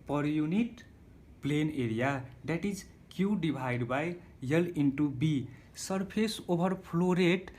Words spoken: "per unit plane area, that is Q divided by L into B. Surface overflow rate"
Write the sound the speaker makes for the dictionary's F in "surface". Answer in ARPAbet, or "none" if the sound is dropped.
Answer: P